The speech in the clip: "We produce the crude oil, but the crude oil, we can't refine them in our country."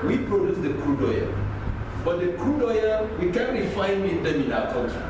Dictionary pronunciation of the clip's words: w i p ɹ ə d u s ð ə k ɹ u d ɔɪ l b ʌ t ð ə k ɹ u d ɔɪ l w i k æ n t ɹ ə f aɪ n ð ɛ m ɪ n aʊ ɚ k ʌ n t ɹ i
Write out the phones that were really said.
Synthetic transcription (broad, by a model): w i p ɹ ə d u s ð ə k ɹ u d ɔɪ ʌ b ʌ t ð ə k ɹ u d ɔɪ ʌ w i k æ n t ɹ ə f aɪ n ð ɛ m ɪ n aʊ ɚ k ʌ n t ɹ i